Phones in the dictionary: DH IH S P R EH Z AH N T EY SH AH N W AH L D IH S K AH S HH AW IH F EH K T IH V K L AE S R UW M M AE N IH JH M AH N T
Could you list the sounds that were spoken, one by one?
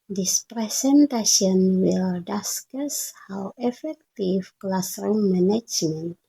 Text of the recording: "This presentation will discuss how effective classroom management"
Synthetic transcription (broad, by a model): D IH S P R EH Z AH N T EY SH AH N W AH L D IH S K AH S HH AW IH F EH K T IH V K L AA S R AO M M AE N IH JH M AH N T